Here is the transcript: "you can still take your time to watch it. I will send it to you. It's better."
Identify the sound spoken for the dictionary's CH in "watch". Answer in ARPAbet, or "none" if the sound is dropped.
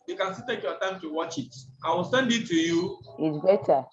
CH